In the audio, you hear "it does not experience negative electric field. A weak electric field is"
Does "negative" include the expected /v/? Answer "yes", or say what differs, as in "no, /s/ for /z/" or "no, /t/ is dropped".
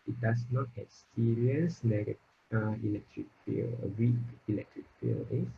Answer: no, /v/ is dropped